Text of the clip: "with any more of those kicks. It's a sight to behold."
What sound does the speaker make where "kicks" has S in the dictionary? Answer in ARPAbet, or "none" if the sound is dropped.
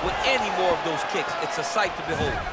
S